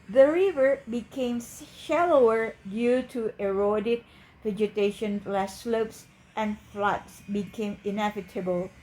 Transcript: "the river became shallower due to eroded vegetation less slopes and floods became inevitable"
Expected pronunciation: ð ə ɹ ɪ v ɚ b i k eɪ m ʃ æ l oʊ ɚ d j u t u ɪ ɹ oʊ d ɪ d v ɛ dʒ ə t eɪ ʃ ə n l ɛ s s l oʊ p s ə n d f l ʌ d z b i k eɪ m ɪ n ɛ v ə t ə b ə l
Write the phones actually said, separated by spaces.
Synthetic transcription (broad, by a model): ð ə ɹ ɪ v ɚ b i k eɪ m ʃ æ l oʊ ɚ d j u t u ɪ ɹ oʊ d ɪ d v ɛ dʒ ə t eɪ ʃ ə n l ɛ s s l oʊ p s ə n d f l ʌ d s b i k eɪ m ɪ n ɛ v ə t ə b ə l